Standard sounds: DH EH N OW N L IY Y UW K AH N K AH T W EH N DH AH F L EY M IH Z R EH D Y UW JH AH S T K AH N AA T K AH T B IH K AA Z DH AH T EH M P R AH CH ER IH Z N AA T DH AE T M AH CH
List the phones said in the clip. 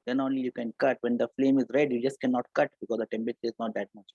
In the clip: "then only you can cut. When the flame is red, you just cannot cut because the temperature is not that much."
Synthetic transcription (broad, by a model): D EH N OW N L IY Y UW K AH N K AH T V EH N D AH F L EY M IH Z R EH D Y UW JH AH S T K AH N AA T K AH T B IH K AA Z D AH T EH M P AH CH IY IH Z N AA T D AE T M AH CH